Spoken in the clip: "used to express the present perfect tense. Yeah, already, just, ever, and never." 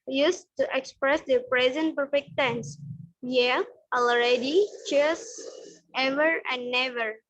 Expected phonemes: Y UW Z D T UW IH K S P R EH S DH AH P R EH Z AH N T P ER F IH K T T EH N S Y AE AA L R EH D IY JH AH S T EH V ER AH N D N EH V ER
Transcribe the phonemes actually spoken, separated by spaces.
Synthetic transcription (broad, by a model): Y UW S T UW IH K S P R EH S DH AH P R EH Z AH N T P ER F IH K T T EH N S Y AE AA L R EH D IY CH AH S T EH V ER AH N D N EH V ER